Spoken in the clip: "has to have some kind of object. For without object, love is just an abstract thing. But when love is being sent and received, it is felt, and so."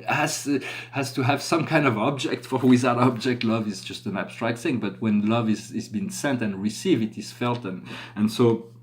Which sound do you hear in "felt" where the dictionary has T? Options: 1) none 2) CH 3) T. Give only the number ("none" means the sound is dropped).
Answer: 3